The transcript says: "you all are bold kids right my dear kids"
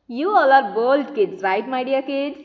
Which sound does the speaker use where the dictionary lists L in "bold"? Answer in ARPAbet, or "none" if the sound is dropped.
L